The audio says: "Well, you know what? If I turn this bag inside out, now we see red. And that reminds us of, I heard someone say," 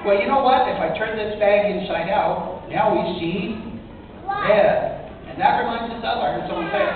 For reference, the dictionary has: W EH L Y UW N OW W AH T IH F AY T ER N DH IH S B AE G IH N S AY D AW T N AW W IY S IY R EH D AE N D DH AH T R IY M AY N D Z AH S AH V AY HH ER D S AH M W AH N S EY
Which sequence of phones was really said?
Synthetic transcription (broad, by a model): W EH L Y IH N OW W AH T IH F AY T ER N DH IH S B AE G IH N SH AY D AW T N AW W IY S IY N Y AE N DH AH T R IY M AY N D Z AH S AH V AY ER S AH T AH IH